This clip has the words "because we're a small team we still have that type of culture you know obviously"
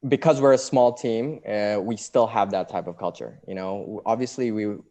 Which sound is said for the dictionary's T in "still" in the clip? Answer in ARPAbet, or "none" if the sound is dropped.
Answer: T